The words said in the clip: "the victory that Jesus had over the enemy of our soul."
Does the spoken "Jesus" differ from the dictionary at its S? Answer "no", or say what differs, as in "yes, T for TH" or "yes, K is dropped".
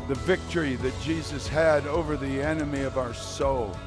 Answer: no